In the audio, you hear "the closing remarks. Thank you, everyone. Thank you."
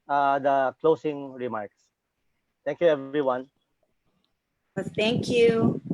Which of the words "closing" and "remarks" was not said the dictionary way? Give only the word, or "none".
closing